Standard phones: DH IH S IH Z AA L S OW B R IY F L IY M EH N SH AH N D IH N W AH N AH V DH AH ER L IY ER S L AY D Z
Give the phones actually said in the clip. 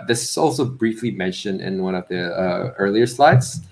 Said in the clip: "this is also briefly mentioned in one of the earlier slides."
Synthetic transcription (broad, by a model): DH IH S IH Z AA L S OW B R IY F L IY M EH N SH AH N D IH N W AH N AH V DH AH ER L IY ER S L AY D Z